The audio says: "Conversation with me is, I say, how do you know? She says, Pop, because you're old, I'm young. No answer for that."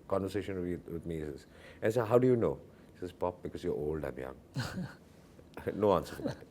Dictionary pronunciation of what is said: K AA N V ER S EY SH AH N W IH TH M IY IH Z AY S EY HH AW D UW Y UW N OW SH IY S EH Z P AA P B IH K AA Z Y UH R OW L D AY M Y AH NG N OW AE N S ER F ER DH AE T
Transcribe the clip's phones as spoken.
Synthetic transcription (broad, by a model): K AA N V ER S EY SH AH N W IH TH M IY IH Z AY S EY HH AW D UW Y UW N OW S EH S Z P AA P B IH K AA S Y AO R OW L D AY M Y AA NG N OW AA N S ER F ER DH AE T